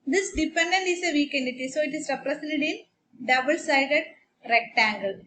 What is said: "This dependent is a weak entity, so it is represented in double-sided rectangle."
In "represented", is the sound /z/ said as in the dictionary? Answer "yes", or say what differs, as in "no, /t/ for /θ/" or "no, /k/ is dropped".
no, /s/ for /z/